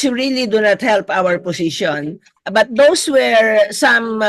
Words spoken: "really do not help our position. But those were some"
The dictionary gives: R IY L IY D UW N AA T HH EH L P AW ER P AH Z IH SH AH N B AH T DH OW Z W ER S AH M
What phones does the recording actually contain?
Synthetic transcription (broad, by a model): R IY L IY D UW N AA T HH EH L P AW ER P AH S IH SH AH N B AH T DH OW S W ER S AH M